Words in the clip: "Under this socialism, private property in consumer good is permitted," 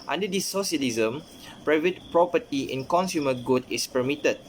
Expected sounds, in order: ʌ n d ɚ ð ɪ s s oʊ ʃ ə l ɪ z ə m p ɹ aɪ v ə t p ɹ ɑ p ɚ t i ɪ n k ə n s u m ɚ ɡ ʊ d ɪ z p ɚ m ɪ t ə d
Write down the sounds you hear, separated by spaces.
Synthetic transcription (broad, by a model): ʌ n d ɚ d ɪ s s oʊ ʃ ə l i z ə m p ɹ aɪ v ə t p ɹ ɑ p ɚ t i ɪ n k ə n s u m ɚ ɡ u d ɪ s p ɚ m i t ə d